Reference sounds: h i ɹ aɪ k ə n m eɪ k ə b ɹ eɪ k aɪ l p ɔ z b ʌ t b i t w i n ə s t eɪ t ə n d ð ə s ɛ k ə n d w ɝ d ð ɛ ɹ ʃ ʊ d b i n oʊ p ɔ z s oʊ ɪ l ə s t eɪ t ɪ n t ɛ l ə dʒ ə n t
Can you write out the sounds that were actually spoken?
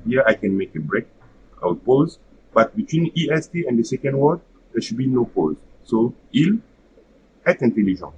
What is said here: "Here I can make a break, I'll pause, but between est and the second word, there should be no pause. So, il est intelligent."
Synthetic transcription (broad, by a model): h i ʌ aɪ k ə n m eɪ k ə b ɹ eɪ k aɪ w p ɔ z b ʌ t b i t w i n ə s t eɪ ə n d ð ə s ɛ k ə n d w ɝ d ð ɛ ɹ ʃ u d b i n oʊ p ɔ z s oʊ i l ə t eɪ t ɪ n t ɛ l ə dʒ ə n